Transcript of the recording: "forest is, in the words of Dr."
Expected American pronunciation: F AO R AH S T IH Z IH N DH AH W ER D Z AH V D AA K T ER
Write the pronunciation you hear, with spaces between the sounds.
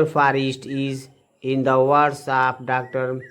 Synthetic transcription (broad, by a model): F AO R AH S T IH Z IH N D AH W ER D S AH P D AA K T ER